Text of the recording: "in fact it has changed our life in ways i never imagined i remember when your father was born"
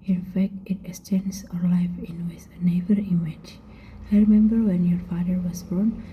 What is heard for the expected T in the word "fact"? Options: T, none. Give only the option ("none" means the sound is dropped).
T